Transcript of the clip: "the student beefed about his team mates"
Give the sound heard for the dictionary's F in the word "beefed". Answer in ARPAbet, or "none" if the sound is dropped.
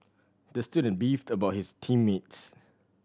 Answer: F